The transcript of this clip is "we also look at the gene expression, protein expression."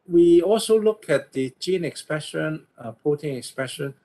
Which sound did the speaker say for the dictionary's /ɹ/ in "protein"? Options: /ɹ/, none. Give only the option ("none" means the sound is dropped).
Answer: none